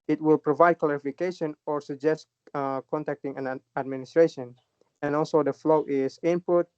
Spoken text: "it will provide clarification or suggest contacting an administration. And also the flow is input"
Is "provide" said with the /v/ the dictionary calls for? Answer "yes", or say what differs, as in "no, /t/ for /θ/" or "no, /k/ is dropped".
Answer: yes